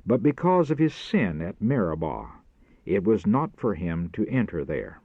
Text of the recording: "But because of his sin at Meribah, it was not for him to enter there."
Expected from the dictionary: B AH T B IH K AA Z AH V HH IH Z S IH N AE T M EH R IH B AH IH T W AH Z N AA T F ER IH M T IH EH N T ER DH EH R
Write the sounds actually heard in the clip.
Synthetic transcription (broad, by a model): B AH T B IH K AA Z AH V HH IH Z S IH N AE T M EH R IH B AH IH T W AH Z N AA T F ER IH M T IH EH N T ER DH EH R